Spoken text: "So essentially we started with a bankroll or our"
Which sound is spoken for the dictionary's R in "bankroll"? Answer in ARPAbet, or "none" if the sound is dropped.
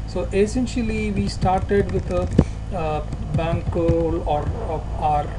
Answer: none